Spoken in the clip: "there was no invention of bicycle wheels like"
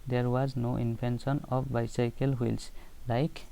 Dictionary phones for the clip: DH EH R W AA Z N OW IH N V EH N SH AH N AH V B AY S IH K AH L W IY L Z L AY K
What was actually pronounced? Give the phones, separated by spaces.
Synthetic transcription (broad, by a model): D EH R W AA Z N OW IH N P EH N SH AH N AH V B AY S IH K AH L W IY L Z L AY K